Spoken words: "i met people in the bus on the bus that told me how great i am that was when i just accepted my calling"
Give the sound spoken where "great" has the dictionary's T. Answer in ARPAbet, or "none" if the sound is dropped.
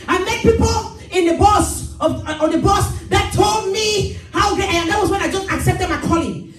none